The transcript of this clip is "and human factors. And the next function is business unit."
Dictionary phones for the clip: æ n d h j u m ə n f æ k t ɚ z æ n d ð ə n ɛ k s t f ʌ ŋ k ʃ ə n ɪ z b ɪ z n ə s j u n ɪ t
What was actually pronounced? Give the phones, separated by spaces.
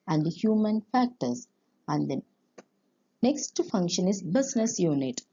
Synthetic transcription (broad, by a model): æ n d h j u m ə n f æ k t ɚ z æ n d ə n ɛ k s t f ʌ ŋ k ʃ ə n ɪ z b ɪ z n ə s j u n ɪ t